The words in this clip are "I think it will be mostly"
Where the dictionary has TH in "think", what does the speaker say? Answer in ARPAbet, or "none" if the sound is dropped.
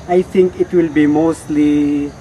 T